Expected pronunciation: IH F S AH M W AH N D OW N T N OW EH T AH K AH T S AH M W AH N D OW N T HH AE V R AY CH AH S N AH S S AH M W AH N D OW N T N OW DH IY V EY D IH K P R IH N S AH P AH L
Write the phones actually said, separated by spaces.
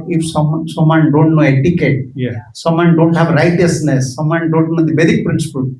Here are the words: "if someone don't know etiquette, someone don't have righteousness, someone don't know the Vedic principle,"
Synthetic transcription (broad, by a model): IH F S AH M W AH N D OW N T N OW EH T AH K AH T S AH M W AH N D OW N T HH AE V R AY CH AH S N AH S S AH M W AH N D OW N T N OW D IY B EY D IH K P R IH N S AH P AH L